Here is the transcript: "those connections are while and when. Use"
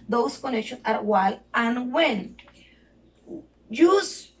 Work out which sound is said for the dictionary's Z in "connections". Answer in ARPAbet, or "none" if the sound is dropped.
none